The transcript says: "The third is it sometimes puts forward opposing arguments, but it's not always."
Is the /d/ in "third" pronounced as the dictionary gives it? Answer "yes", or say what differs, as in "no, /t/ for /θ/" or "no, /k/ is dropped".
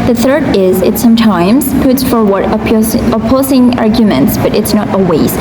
yes